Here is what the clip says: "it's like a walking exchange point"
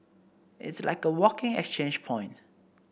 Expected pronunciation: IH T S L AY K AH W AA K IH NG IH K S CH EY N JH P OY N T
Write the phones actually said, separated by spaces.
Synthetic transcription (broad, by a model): IH T S L AY K AH W AA K IH NG IH K S CH EY N JH P OY N T